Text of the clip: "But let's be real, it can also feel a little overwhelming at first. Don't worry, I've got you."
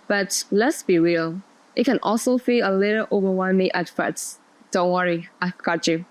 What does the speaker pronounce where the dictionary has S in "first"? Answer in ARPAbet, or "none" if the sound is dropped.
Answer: none